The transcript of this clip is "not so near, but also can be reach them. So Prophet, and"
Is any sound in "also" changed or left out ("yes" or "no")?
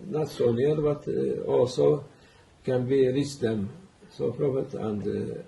yes